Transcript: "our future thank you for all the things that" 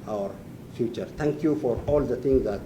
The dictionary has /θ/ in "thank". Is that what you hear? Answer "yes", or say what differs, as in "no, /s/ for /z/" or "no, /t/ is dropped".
no, /t/ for /θ/